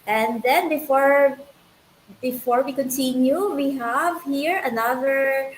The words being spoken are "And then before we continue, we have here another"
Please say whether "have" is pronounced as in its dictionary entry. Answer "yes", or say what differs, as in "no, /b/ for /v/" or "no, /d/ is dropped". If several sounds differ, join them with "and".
yes